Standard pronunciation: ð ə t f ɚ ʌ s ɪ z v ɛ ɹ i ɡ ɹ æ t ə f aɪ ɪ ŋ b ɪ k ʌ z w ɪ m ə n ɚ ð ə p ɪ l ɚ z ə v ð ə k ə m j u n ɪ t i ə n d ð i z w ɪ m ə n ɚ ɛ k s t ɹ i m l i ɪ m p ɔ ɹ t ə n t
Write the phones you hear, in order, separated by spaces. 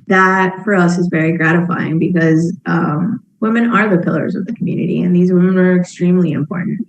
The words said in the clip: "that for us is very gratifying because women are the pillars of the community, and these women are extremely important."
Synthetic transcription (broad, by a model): ð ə t f ɚ ʌ s ɪ z v ɛ ɹ i ɡ ɹ æ t ə f aɪ ɪ ŋ b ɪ k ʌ z w ɪ m ə n ɚ ð ə p ɪ l ɚ z ə v ð ə k m j u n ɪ t i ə n ð i z w ɪ m ə n ɚ ɛ k s t ɹ i m l i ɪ m p ɔ ɹ t n t